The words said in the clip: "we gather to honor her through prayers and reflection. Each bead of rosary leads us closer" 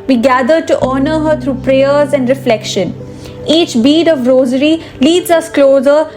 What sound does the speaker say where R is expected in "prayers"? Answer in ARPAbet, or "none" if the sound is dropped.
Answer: R